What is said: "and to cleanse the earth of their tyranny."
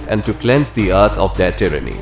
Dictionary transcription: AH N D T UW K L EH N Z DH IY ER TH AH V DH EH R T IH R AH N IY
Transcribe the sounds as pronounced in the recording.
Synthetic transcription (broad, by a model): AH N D T UW K L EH N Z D IY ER T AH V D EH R T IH R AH N IY